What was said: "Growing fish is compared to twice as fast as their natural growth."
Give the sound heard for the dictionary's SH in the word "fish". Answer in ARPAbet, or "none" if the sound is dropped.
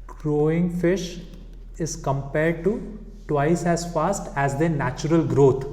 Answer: SH